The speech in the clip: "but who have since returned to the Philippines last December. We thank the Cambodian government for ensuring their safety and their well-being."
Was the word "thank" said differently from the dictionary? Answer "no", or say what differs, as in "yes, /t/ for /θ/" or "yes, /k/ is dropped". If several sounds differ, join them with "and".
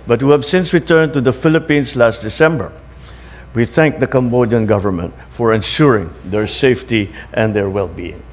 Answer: no